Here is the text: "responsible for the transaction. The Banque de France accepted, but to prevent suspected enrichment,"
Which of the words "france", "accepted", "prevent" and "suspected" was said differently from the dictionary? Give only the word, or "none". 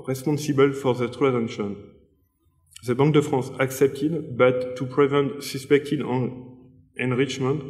france